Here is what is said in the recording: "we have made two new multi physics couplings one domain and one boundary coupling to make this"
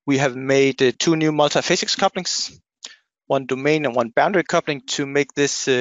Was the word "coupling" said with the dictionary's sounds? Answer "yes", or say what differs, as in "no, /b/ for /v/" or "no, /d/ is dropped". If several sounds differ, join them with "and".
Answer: yes